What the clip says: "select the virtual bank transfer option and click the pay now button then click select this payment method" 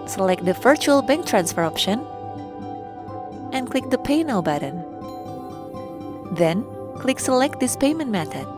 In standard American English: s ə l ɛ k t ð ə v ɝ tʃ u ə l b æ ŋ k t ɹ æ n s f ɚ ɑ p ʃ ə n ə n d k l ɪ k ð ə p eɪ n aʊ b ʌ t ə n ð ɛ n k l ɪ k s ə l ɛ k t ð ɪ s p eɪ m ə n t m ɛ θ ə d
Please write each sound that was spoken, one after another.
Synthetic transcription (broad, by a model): s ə l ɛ k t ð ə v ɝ tʃ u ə l b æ ŋ k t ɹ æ n s f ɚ ɑ p ʃ ə n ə n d k l ɪ k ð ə p eɪ n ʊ b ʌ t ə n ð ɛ n k l ɪ k s ə l ɛ k t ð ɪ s p eɪ m ə n t m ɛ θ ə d